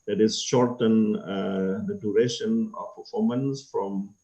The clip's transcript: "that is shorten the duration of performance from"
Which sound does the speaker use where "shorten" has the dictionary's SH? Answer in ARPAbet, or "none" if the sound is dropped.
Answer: SH